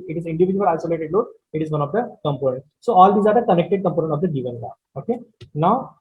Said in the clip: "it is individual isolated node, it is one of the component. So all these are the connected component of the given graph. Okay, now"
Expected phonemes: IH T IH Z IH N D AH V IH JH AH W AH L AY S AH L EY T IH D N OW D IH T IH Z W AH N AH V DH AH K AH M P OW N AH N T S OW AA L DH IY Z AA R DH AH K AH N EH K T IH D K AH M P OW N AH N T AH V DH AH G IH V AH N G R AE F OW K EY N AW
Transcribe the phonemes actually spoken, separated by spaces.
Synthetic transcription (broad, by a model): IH T IH Z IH N D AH V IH JH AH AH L AY S AH L EY T IH D L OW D IH T IH Z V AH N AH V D AH K AH M P OW N AH N T S OW AA L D IY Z AA R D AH K AH N EH K T IH D K AH M P OW N AH N T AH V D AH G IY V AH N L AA OW K EY N AW